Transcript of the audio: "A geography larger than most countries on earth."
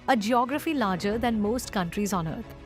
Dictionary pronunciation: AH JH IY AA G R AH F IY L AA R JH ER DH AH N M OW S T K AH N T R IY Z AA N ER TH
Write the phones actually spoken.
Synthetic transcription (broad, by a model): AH JH IY AA G R AH F IY L AA R JH ER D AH N M OW S T K AH N T R IY Z AA N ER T